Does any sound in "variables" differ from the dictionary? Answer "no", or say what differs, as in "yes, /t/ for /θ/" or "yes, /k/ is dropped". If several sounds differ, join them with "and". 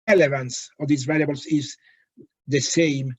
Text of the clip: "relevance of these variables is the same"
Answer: yes, /l/ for /ɹ/